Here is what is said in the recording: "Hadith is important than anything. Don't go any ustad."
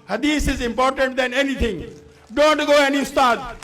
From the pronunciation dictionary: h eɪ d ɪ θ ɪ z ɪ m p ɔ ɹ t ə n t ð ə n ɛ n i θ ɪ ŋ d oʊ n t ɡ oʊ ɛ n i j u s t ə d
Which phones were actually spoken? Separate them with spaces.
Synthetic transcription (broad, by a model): h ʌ d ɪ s ɪ z ɪ m p ɔ ɹ t ə n t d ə n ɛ n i t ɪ ŋ d oʊ n t ɡ oʊ ɛ n i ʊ s t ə d